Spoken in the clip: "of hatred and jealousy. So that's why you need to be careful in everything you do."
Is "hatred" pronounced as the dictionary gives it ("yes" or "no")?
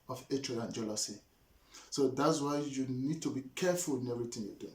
no